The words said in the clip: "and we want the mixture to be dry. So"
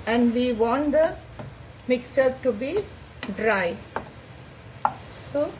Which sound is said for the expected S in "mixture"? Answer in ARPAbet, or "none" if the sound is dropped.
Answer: S